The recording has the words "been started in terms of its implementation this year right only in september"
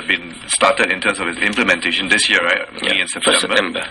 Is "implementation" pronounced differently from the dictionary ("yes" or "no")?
no